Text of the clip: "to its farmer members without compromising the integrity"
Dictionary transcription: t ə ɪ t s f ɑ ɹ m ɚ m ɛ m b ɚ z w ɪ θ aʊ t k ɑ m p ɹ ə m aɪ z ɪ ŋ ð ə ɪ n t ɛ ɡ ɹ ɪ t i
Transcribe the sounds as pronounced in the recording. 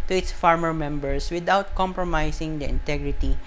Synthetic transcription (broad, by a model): t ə ɪ t s f ɑ ɹ m ɚ m ɛ m b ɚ s w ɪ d aʊ t k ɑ m p ɹ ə m aɪ s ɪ ŋ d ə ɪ n t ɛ ɡ ɹ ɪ t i